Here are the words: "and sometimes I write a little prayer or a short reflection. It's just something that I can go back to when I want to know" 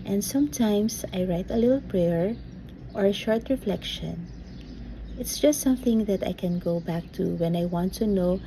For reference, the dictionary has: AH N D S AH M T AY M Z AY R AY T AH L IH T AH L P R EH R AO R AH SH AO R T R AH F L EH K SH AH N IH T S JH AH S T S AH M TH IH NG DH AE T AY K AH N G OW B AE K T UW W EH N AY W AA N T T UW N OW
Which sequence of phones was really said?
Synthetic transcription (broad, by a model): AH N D S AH M T AY M S AY R AY T AH L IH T L P R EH R AO R AH SH AO R T R AH F L EH K SH AH N IH T S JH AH S T S AH M TH IH NG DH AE T AY K AH N G OW B AE K T UW W EH N AY W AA N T T UW N OW